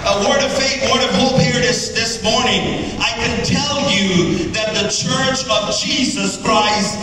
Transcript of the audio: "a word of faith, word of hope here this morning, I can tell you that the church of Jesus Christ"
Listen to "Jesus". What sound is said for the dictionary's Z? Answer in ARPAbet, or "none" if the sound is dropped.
Z